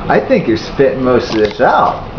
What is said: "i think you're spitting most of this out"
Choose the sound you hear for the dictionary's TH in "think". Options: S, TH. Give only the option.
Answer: TH